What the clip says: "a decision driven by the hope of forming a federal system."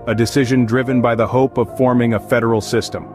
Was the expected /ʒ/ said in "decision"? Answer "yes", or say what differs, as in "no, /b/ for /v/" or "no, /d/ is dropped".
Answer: yes